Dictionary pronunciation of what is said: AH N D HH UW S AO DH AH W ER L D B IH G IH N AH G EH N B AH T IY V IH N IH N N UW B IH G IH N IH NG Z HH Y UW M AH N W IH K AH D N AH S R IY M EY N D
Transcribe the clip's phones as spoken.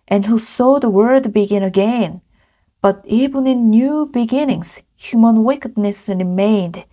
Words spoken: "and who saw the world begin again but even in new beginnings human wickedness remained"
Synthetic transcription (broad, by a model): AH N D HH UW S AO DH AH W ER D B IH G IH N AH G EH N B AH T IY V IH N IH N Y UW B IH G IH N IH NG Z HH Y UW M AH N W IH K AH D N AH S R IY M EY N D